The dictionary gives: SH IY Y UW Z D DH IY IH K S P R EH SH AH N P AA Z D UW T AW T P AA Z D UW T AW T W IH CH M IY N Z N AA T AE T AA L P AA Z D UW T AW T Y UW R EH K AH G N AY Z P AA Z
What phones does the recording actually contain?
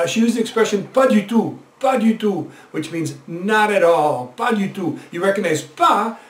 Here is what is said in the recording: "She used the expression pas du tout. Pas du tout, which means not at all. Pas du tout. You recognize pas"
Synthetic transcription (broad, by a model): SH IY Y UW Z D DH IY IH K S P R EH SH AH N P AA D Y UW T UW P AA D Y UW T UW W IH CH M IY N Z N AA T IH T AA L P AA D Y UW T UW Y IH R EH K AH G N AY Z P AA